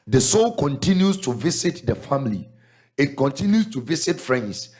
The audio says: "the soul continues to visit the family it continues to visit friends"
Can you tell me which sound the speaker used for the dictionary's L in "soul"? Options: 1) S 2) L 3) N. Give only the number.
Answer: 2